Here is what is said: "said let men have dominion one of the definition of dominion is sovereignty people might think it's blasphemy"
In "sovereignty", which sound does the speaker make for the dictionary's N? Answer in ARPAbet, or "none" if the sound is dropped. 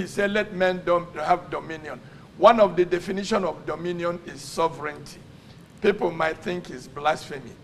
N